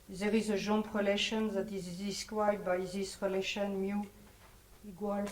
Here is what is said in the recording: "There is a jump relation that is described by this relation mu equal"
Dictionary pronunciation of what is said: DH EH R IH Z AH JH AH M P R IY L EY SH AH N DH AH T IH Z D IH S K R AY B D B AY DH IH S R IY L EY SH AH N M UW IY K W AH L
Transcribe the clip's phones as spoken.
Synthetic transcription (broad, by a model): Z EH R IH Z AH ZH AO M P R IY L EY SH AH N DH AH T IH Z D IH S K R AY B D B AY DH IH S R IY L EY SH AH N M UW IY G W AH L